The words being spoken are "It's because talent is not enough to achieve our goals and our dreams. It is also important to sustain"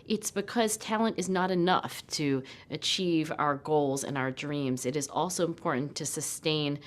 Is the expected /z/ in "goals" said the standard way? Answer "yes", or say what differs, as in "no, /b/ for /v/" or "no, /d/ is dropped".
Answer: yes